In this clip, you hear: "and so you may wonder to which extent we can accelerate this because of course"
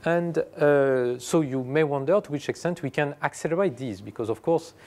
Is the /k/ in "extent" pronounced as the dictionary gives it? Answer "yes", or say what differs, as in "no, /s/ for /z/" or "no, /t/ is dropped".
yes